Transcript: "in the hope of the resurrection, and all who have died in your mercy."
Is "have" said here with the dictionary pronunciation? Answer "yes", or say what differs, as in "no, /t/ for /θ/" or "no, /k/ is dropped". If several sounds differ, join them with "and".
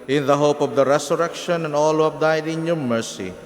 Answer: no, /p/ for /v/